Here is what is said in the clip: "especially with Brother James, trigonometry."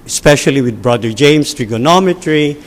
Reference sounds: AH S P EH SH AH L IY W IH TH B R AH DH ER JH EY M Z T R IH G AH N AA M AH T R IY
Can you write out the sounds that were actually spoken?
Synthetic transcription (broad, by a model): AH S P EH SH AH L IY W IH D B R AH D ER JH EY M S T R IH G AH N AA M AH T R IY